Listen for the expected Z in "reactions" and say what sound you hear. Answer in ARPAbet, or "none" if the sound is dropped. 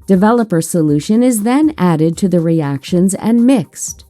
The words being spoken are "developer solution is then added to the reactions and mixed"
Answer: Z